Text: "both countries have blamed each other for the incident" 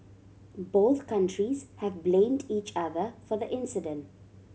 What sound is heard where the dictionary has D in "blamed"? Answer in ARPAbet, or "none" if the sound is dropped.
D